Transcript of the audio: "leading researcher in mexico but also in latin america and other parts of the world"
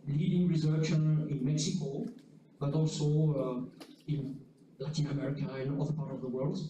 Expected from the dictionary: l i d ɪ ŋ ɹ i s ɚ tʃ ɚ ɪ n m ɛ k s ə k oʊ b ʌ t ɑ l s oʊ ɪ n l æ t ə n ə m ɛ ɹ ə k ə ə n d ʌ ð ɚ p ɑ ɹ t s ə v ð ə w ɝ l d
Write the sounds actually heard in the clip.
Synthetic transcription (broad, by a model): l i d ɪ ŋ ɹ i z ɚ ʃ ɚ ɪ n m ɛ k s ə k oʊ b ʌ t ɑ l s oʊ ɪ n l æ t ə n ə m ɛ ɹ ə k ə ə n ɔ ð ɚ p ɑ ɹ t ə v ð ə w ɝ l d